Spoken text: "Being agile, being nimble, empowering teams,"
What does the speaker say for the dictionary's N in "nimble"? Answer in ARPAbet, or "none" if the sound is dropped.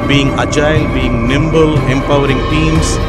N